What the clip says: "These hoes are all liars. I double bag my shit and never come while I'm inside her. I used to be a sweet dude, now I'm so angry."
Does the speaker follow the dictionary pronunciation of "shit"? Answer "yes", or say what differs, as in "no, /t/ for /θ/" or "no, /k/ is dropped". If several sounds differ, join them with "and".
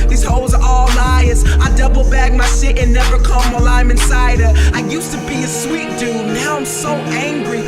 no, /s/ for /ʃ/